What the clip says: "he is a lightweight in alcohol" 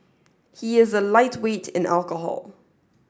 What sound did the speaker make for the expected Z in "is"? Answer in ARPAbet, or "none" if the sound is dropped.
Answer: Z